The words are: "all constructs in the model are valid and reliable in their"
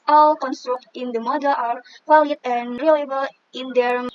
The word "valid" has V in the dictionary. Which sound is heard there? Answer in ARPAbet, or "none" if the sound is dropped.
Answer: W